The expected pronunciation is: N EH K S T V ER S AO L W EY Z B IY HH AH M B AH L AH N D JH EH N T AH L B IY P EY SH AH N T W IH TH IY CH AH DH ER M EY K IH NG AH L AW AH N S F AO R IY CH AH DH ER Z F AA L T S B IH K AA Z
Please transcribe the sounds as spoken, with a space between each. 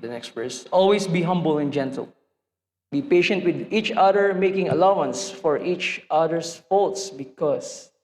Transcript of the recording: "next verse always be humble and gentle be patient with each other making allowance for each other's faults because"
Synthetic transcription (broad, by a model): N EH K S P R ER S AO L W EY S B IY HH AH M B AH L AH N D JH EH N T AH L B IY P EY SH AH N T W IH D IY CH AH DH ER M EY K IH NG AH L AW AH N S F AO R IY CH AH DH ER S F AA L T S B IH K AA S